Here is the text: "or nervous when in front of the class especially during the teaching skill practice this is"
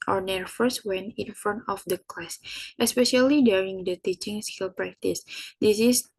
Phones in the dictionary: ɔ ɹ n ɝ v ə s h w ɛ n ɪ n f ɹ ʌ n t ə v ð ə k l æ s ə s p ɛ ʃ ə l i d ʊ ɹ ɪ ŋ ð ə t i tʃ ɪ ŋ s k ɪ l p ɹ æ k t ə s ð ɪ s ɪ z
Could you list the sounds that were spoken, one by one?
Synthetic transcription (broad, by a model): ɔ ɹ n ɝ f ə s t w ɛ n ɪ n f ɹ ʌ n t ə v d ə k l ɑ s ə s p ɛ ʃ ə l i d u ɹ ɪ ŋ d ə t i tʃ ɪ ŋ s k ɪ l p ɹ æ k t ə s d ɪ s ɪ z